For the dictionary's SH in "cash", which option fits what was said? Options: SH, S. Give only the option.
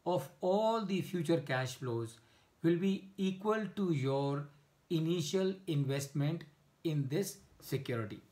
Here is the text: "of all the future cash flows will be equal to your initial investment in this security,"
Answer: SH